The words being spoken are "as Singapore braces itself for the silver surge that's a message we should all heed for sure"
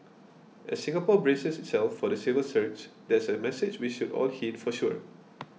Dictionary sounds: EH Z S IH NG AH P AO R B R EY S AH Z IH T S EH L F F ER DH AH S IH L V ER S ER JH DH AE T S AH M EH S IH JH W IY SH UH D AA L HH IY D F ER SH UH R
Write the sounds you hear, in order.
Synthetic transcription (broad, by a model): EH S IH NG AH P AO B R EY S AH S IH T S EH L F F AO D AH S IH V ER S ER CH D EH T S AH M EH S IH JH W IY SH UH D AA L HH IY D F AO SH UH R